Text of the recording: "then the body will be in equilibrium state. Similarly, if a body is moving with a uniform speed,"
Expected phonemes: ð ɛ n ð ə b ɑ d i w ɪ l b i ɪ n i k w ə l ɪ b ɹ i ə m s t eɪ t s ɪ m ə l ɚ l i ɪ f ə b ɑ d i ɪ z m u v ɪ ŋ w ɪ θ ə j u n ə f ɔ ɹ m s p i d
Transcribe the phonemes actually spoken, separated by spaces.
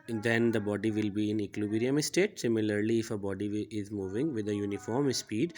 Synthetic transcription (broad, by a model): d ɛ n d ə b ɑ d i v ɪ l b i ɪ n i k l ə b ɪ ɹ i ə m s t eɪ t s ɪ m ə l ɚ l i ɪ f ə b ɑ d i ɪ z m u v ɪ ŋ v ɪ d ə j u n ə f ɔ ɹ m s p i d